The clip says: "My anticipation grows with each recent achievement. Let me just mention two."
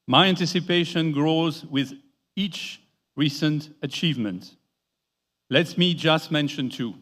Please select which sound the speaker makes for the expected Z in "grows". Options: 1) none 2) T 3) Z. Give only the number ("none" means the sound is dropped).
3